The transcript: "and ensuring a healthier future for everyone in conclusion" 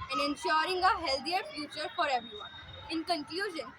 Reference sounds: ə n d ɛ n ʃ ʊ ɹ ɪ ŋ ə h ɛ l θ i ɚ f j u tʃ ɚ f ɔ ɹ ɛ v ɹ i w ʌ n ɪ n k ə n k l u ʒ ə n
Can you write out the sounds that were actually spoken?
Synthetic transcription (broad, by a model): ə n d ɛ n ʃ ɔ ɹ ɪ ŋ ə h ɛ l t i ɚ f j u tʃ ɚ f ɔ ɹ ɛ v ɹ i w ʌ n ɪ n k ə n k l u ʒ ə n